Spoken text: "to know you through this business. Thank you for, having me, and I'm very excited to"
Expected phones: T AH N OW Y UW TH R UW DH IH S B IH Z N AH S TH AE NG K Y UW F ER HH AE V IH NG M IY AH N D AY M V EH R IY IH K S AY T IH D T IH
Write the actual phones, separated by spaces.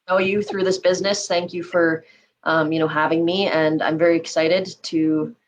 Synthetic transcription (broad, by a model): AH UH Y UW TH R UW DH IH S B IH Z N AH S TH AE NG K Y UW F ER HH AE V IH NG M IY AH N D AY M V EH R IY IH K S AY T IH D T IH